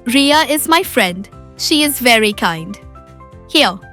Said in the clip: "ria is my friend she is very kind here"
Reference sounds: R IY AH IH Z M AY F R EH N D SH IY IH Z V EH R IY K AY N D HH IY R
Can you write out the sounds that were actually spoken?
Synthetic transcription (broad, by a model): R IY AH IH Z M AY F R EH N D SH IY IH Z V EH R IY K AY N D HH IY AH